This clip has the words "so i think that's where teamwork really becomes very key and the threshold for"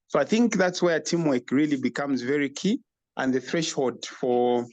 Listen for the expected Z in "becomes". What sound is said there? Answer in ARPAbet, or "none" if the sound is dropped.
Z